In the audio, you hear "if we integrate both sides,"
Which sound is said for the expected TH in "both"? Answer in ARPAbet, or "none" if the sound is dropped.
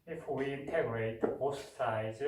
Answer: S